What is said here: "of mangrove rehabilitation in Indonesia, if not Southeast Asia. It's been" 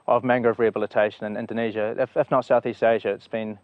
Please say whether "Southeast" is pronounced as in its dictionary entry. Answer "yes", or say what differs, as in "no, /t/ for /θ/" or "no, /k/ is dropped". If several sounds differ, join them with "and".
yes